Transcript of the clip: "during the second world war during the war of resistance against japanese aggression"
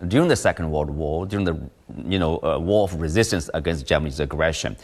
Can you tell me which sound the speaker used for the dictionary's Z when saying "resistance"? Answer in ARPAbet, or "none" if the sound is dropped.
Z